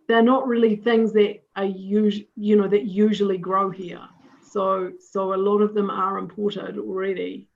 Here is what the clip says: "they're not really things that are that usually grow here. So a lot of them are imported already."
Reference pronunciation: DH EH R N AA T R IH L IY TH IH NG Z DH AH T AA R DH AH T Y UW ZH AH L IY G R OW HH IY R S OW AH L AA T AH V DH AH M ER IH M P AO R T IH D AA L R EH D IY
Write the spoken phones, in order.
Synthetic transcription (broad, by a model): DH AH R N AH T R IH L IY TH IH NG Z DH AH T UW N DH AH T Y UW ZH AH L IY G R OW HH IY R S OW AH L AA T AH V DH AH M ER IH M P AO R T IH D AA L R EH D IY